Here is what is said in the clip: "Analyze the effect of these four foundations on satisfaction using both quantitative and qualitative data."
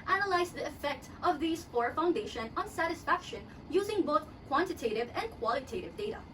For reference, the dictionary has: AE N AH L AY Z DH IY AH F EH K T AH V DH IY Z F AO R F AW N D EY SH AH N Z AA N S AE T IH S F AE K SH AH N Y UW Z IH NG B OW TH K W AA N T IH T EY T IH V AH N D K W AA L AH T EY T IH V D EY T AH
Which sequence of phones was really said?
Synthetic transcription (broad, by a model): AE N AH L AY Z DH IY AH F EH K T AH V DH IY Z F AO R F AW N D EY SH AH N AA N S AE T IH S F AE K SH AH N Y UW Z IH NG B OW TH K W AA N T IH T EY T IH V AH N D K W AA L AH T EY T IH V D EY T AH